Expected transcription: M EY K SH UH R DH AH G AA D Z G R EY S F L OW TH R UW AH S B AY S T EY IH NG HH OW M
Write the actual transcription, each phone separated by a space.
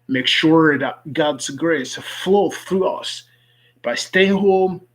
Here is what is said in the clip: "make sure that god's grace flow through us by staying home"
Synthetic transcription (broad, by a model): M EY K SH UH R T G AA D Z G R EY S F L OW TH R UW AH S B AY S T EY IH NG HH OW M